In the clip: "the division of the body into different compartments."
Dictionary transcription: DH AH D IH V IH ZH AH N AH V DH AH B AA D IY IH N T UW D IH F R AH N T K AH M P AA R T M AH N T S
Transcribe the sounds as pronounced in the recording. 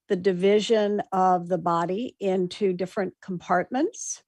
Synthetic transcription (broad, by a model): DH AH D IH V IH ZH AH N AH V DH AH B AA D IY IH N T UW D IH F R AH N K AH M P AA R T M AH N T S